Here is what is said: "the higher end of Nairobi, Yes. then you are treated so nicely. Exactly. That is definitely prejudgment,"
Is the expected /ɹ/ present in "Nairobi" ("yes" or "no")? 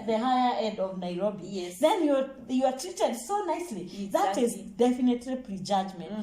yes